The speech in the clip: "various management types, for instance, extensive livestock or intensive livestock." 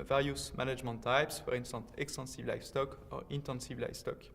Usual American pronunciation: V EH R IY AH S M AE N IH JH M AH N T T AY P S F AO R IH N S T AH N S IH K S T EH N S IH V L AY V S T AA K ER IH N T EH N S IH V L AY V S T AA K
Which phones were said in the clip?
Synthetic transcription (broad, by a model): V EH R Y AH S M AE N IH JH M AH N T T AY P S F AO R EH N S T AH N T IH K S T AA N S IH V L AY F S T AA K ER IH N T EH N S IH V L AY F S T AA K